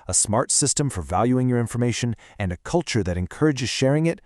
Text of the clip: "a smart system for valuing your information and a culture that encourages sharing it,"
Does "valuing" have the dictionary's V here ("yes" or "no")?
yes